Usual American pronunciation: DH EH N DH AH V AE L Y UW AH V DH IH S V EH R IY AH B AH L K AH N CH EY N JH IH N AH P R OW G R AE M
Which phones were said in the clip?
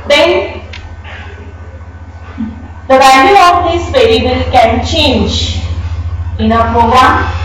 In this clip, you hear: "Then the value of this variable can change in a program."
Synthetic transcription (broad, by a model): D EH N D AH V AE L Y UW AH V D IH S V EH L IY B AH L K AH N CH EY N JH IH N AH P R OW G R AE M